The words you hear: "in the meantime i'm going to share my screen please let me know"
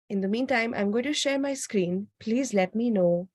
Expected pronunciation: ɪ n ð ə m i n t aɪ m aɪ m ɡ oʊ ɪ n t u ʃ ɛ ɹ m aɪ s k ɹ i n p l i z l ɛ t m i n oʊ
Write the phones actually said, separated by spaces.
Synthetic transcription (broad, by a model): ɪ n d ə m i n t aɪ m aɪ m ɡ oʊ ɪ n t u ʃ ɛ ɹ m aɪ s k ɹ i n p l i z l ɛ t m i n oʊ